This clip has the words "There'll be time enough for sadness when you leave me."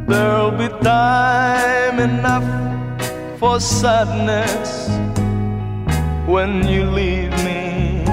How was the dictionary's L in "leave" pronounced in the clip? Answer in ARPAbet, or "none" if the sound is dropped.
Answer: L